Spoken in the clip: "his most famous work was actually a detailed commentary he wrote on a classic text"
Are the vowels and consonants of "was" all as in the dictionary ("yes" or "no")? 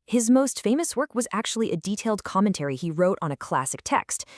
yes